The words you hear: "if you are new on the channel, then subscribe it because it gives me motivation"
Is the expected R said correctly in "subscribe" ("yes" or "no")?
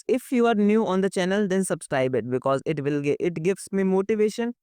yes